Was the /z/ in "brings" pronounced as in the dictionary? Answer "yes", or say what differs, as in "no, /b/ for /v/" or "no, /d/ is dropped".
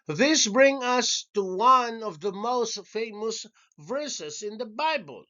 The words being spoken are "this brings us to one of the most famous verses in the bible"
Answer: no, /z/ is dropped